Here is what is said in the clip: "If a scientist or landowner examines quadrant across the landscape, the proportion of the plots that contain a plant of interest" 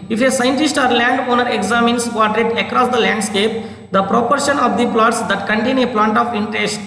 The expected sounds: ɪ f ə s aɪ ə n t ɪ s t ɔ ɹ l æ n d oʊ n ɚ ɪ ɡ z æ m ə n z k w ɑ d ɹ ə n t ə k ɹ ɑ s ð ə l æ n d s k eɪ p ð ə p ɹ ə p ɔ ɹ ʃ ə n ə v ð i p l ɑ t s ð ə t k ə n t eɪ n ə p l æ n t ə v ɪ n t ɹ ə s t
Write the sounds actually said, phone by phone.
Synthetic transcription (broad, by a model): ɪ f ə s aɪ ə n t ɪ s t ɔ ɹ l æ n d oʊ n ɚ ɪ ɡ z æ m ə n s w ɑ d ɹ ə t ə k ɹ ɑ s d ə l æ n d s k eɪ p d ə p ɹ ə p ɔ ɹ ʃ ə n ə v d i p l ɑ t s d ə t k ə n t eɪ n ə p l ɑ n t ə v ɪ n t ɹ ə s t